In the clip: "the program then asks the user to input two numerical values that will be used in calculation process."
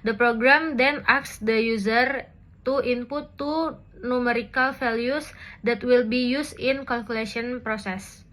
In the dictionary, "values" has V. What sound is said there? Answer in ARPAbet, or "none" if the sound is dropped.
F